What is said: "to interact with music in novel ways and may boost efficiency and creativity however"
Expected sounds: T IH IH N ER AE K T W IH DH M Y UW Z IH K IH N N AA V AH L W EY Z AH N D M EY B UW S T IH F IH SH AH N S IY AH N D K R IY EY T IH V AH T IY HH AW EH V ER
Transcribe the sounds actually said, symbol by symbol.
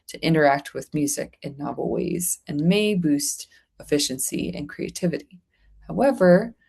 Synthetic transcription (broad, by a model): T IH IH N ER AE K T W IH DH M Y UW Z IH K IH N N AA V L W EY Z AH N M EY B UW S T IH F IH SH AH N S IY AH N K R IY EY T IH V AH T IY HH AW EH V ER